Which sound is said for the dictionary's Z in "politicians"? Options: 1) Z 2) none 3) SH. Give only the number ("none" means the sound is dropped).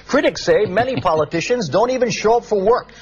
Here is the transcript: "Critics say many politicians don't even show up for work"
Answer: 1